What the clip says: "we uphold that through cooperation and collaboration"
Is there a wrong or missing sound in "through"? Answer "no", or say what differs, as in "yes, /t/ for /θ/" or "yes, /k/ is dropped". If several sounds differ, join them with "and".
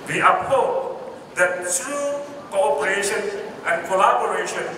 yes, /t/ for /θ/